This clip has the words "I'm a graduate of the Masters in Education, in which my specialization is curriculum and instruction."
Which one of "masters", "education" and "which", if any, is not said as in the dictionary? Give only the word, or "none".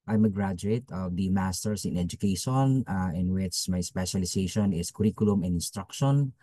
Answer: masters